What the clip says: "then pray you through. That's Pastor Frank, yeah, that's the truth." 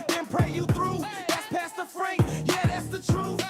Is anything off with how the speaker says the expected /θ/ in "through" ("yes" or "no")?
no